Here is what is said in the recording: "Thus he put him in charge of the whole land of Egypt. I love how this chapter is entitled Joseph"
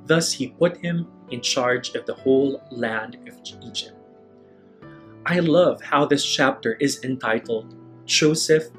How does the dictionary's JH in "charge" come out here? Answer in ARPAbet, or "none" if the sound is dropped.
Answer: JH